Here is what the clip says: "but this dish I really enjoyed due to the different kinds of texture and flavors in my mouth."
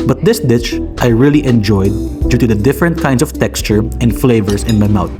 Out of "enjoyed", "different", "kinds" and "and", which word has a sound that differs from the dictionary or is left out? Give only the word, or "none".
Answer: kinds